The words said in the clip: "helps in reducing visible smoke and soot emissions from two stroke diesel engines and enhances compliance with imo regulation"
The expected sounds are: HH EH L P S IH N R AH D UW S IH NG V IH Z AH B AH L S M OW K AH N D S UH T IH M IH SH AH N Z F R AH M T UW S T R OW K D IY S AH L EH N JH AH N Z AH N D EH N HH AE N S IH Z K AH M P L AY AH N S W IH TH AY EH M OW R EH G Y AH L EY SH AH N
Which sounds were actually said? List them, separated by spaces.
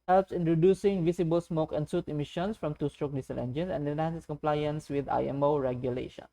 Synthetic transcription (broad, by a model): HH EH L P S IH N R AH D UW S IH NG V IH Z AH B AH L S M OW K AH N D S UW T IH M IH SH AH N S F R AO M T UW S T R OW K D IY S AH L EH N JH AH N S AH N D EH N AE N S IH S K AH M P L AY AH N S W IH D AY EH M OW R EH G Y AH L EY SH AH N